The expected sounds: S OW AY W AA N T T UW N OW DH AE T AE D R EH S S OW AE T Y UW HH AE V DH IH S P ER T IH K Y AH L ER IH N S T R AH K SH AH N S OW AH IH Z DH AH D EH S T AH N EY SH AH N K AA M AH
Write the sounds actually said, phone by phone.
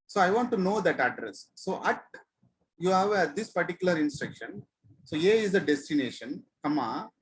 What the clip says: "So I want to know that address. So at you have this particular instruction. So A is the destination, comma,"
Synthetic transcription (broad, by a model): S OW AY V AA N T T UW N OW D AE T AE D R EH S S OW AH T Y UW HH AE V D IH S P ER T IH K Y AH L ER IH N S T R AH K SH AH N S OW AH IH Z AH D EH S T AH N EY SH AH N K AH M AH